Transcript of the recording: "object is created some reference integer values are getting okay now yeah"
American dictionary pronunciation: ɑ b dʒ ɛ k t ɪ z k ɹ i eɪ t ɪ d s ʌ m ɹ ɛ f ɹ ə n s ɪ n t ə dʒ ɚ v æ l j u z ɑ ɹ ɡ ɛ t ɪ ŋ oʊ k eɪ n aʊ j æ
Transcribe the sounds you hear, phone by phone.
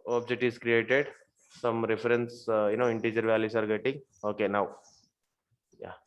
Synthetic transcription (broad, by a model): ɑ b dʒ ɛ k t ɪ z k ɹ i eɪ t ɪ d s ʌ m ɹ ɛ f ɹ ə n s ɪ n t ə dʒ ɚ v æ l j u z ɑ ɹ ɡ ɛ t ɪ ŋ oʊ k eɪ n aʊ j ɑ